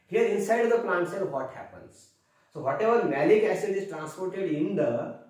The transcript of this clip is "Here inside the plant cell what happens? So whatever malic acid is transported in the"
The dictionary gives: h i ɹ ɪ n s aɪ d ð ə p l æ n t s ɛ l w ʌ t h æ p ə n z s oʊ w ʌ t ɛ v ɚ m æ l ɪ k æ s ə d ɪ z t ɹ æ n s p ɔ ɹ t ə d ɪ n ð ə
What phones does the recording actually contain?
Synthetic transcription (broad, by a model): h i ɹ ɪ n s aɪ d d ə p l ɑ n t s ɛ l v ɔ t h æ p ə n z s oʊ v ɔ t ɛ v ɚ m æ l ɪ k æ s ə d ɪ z t ɹ æ n s p ɔ ɹ t ə d ɪ n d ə